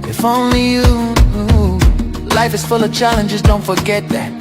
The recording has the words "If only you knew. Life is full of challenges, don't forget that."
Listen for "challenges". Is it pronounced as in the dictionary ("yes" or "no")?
yes